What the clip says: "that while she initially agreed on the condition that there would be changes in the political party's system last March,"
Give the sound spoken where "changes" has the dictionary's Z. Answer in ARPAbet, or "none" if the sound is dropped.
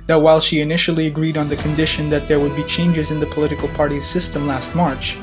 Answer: Z